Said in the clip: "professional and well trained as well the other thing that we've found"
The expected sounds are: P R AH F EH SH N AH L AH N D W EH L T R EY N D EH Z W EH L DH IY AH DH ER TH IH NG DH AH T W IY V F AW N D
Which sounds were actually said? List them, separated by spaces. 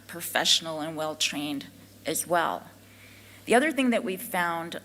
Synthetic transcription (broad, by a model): P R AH F EH SH N L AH N W EH L T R EY N D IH Z W EH L DH IY AH DH ER TH IH NG DH AH T W IY V F AW N D